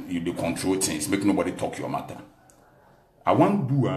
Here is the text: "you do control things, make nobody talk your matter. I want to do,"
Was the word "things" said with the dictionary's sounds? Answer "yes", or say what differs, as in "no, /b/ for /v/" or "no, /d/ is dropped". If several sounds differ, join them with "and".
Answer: no, /t/ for /θ/ and /s/ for /z/